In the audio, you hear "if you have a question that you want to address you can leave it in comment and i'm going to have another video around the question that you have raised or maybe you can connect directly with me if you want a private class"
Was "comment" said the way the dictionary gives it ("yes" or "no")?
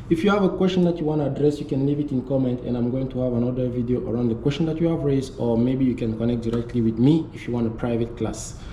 yes